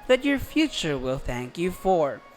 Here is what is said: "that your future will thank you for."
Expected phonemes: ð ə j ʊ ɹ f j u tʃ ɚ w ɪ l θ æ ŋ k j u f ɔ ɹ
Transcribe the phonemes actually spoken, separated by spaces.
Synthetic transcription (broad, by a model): ð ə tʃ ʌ ɹ f j u tʃ ɚ w ɪ l θ æ ŋ k j u f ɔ ɹ